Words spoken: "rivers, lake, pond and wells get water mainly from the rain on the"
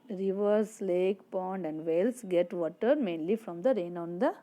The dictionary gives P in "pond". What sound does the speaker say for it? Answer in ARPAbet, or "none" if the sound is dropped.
P